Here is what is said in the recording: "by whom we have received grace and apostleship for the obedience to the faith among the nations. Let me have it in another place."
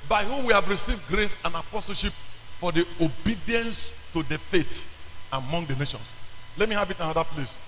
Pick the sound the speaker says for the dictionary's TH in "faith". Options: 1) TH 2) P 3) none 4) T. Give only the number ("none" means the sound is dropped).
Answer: 4